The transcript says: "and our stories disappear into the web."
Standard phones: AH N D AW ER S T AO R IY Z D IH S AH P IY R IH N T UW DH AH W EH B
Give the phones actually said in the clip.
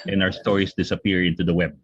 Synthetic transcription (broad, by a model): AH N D AW ER S T AO R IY S D IH S AH P IY R IH N T UW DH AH W EH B